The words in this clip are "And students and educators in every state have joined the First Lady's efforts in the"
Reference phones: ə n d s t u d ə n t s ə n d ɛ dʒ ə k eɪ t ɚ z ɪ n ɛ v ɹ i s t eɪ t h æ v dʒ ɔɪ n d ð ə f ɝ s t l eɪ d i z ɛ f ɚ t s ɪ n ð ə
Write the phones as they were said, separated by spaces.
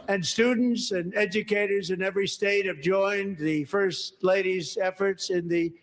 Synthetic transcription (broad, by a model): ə n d s t u d n t s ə n ɛ dʒ ə k eɪ t ɚ z ɪ n ɛ v ɹ i s t eɪ t h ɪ v dʒ ɔɪ n ð ə f ɝ s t l eɪ d i z ɛ f ɚ t s ɪ n ð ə